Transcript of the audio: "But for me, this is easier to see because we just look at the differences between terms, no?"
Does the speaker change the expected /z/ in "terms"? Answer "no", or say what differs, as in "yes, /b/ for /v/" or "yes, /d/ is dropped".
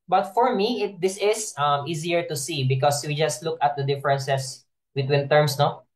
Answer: yes, /s/ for /z/